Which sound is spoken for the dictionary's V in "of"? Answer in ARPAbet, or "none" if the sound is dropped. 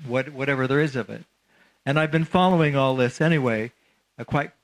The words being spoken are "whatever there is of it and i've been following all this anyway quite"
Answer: V